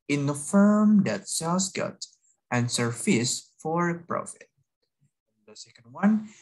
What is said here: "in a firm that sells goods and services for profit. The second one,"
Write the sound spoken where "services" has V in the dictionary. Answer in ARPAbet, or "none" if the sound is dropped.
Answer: F